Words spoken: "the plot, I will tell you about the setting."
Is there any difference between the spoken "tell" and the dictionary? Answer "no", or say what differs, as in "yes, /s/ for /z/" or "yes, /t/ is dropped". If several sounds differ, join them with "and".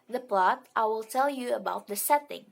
no